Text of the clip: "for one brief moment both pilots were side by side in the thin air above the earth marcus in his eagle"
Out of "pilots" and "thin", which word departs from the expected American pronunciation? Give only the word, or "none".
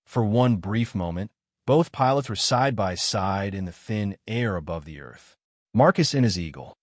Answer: none